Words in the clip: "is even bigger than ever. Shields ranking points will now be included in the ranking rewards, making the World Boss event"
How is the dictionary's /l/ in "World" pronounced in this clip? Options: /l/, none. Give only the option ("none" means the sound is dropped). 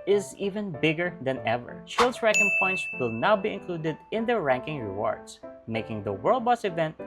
/l/